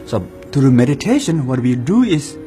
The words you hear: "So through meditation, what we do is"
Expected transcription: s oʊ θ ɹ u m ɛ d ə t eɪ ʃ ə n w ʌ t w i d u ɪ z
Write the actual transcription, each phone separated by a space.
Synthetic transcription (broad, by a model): s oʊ t ɹ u m ɛ d ə t eɪ ʃ ə n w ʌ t w i d u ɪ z